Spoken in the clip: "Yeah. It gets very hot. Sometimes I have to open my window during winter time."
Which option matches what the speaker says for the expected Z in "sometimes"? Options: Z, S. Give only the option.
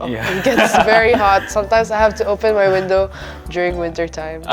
S